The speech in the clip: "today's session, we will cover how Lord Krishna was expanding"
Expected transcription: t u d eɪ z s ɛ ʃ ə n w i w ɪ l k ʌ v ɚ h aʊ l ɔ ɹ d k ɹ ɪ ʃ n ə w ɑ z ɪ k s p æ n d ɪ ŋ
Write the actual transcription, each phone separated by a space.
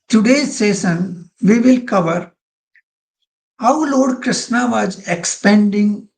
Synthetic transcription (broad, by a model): t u d eɪ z s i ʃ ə n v i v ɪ l k ʌ v ɚ h aʊ l ɔ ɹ d k ɹ ɪ ʃ n ə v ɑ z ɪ k s p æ n d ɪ ŋ